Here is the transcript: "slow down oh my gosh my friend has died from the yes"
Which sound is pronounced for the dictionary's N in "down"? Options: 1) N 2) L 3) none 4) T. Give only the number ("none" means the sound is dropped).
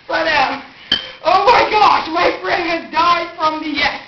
3